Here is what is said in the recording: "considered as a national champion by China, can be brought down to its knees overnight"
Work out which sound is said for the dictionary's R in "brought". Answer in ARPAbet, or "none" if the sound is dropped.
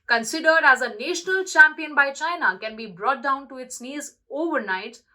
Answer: R